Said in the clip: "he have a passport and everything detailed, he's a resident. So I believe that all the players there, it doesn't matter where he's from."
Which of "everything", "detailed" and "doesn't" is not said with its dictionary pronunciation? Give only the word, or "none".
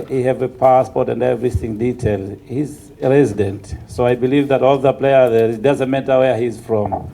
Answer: none